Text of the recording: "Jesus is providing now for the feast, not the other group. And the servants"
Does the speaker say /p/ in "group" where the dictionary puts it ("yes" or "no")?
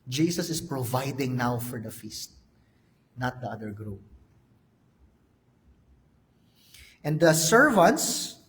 no